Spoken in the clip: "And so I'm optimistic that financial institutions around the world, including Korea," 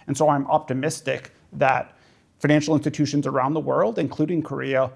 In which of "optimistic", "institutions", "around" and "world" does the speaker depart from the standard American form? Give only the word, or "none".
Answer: none